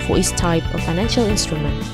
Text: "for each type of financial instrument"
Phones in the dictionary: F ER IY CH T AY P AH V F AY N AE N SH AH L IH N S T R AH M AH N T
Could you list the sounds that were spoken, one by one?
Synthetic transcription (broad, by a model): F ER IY S T AY P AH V F AY N AE N SH AH L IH N S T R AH M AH N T